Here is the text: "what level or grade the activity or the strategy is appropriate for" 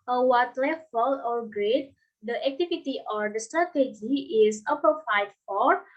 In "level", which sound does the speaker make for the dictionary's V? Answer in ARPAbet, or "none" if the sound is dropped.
F